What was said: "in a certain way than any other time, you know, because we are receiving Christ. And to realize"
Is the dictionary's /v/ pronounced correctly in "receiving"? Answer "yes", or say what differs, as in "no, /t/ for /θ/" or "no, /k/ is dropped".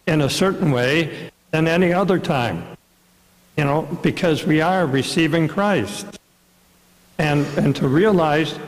yes